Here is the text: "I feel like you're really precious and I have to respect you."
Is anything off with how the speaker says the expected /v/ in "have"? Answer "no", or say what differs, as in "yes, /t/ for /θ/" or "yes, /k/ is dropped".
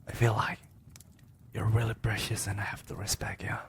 yes, /f/ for /v/